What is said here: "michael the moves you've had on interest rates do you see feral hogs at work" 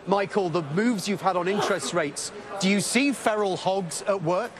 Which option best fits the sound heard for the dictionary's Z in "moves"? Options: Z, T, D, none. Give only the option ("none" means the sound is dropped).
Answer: Z